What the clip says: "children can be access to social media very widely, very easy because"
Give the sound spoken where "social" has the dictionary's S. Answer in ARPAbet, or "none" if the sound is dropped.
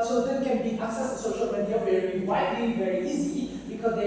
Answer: S